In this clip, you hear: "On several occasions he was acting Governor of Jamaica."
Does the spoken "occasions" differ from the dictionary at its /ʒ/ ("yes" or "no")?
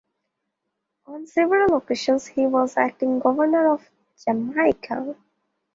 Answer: yes